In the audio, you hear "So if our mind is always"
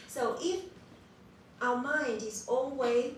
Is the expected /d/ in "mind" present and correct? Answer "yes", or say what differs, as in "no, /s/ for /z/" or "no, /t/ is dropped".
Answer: yes